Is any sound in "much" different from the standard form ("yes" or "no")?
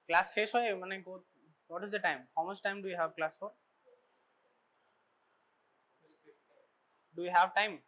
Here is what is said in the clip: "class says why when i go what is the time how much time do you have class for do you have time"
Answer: yes